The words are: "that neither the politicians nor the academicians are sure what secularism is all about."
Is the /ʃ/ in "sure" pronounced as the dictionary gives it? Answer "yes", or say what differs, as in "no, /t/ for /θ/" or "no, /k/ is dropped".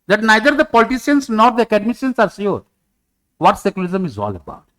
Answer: no, /s/ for /ʃ/